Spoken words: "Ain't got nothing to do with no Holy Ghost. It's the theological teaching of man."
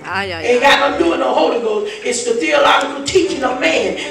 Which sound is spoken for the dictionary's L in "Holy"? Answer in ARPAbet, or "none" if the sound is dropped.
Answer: L